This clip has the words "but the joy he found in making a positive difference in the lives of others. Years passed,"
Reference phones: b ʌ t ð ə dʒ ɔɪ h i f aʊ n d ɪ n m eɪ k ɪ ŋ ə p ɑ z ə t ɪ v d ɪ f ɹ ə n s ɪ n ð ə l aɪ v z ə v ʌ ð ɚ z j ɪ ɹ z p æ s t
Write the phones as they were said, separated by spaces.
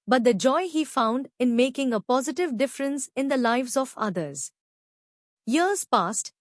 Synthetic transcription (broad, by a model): b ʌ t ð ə dʒ ɔɪ h i f aʊ n d ɪ n m eɪ k ɪ ŋ ə p ɑ z ə t ɪ v d ɪ f ɹ ə n s ɪ n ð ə l aɪ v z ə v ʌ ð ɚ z j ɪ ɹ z p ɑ s t